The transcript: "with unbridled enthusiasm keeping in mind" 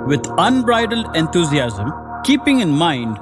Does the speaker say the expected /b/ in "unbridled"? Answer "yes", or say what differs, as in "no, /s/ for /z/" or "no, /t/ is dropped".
yes